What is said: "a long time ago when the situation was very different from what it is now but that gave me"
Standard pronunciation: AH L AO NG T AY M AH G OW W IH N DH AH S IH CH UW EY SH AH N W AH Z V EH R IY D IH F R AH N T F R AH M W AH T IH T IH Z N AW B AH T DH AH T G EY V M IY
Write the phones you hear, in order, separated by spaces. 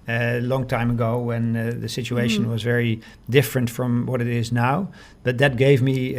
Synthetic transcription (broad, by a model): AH L AO NG T AY M AH G OW W IH N DH AH S IH CH UW EY SH AH N W AH Z V EH R IY D IH F R AH N T F R AH M W AH T IH T IH Z N AW B AH T DH AH T G EY V M IY